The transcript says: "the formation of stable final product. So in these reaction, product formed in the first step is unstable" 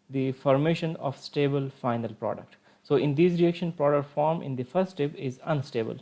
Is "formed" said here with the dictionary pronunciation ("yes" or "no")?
no